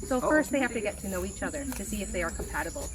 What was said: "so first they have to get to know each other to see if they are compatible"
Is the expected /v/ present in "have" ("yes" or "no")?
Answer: no